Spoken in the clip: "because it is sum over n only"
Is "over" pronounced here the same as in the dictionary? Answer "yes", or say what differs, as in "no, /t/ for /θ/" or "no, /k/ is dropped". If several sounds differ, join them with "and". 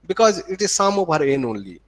no, /b/ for /v/